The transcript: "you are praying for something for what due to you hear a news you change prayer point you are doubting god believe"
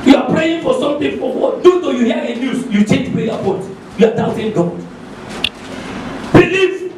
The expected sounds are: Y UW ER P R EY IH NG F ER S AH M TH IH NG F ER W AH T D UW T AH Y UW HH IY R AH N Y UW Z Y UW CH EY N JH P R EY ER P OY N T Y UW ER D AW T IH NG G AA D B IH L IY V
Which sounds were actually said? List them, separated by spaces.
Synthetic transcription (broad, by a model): Y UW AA P R EY IH NG F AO S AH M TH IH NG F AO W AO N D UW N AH Y UW HH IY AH AH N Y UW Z Y UW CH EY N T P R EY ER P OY T Y UW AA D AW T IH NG G AA D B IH L IY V